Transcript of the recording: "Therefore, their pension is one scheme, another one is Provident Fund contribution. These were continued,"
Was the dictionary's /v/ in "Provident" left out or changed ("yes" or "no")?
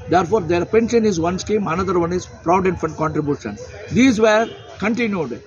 yes